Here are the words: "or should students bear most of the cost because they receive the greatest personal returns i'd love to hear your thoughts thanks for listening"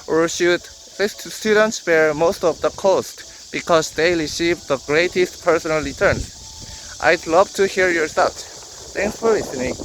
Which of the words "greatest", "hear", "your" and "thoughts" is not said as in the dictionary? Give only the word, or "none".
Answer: thoughts